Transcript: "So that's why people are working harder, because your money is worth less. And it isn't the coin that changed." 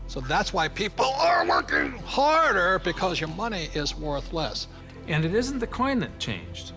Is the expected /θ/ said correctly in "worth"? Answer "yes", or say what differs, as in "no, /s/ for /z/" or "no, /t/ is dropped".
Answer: yes